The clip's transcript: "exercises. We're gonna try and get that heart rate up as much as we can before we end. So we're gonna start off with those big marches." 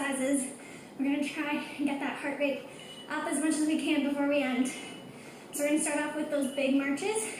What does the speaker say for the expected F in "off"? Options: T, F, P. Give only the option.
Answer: P